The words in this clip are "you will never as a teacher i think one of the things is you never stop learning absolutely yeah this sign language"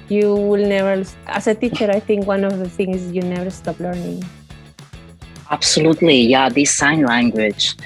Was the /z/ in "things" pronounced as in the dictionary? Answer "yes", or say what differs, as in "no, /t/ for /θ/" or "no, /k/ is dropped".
no, /z/ is dropped